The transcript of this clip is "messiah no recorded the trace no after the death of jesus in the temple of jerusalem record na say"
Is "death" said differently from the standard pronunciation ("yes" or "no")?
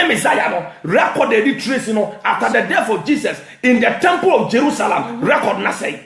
yes